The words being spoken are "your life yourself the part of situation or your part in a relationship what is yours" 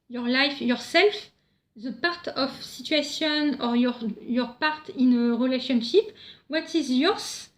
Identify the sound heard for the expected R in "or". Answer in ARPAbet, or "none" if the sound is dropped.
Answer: R